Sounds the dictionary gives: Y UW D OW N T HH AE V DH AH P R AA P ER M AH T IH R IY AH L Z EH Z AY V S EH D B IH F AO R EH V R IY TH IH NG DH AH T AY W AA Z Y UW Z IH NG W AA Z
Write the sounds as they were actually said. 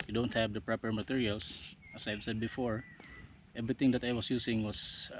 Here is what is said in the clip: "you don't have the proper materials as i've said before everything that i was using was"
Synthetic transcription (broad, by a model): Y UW D OW N T HH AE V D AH P R AA P ER M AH T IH R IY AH L S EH S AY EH S EH D B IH F AO R EH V R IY T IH NG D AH T AY W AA S Y UW S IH NG W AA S